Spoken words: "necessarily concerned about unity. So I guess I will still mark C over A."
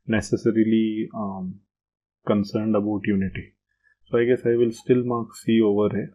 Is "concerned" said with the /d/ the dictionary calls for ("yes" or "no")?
yes